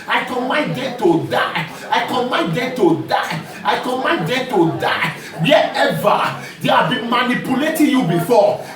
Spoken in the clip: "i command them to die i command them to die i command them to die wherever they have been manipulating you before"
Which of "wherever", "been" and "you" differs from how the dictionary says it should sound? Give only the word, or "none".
wherever